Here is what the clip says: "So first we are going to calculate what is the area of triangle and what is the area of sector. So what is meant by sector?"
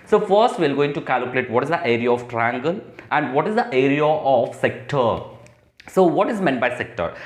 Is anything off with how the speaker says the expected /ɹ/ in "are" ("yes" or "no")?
yes